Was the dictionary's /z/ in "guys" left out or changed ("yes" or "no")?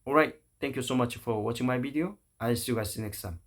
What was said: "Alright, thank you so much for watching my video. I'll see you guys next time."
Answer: yes